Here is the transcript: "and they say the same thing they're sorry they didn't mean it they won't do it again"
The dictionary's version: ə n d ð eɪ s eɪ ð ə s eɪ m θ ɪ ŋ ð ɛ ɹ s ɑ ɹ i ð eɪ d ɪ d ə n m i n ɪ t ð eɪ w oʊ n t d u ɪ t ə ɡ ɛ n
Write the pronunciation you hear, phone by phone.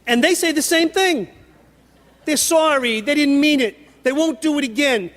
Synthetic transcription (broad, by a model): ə n ð eɪ s eɪ ð ə s eɪ m θ ɪ ŋ ð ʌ ɹ s ɑ ɹ i ð eɪ d ɪ d n m i n ɪ t ð eɪ w oʊ n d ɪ ɪ t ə ɡ ɛ n